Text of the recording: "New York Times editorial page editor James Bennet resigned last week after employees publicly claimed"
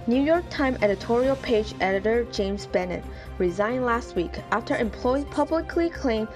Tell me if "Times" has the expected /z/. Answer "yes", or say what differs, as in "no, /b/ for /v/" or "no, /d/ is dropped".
no, /z/ is dropped